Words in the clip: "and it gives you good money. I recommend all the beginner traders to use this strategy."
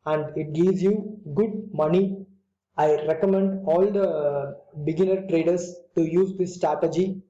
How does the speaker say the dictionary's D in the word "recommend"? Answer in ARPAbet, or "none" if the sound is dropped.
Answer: D